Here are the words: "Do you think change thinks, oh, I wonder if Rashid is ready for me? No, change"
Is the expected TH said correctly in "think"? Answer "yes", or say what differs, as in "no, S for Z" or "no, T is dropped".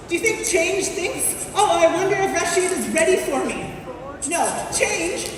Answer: yes